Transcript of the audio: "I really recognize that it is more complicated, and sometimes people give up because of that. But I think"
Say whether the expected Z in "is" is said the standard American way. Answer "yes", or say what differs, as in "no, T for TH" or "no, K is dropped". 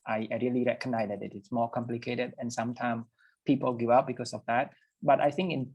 no, S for Z